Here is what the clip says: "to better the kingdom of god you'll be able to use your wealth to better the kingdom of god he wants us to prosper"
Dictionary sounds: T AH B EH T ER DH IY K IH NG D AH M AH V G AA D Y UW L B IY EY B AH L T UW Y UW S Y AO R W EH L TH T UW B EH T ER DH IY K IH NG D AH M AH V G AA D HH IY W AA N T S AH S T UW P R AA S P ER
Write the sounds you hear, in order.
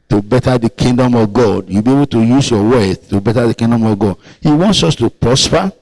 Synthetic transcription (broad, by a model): T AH B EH T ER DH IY K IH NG D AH M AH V G AA D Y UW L B IY EY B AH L T UW Y UW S Y AO W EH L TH T UW B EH T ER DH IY K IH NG D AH M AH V G AA D HH IY W AA N T S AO S T UW P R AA S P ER